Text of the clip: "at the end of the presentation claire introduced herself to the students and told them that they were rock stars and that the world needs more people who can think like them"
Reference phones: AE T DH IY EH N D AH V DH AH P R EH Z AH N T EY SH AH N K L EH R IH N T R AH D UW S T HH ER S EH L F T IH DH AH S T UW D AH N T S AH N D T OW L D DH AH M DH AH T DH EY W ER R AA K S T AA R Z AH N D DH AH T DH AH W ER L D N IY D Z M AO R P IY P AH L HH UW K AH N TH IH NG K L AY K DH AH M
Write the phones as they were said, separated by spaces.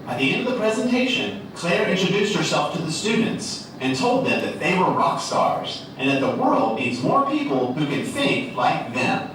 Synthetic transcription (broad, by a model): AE T DH IY EH N D AH V DH AH P R EH Z AH N T EY SH AH N K L EH R IH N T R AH D UW S T HH ER S EH L F T IH DH AH S T UW D N T S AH N T OW L D DH AH M DH AH T DH EY W ER R AA K S T AA R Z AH N DH AH T DH AH W ER L D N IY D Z M AO R P IY P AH L HH UW K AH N TH IH NG K L AY K DH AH M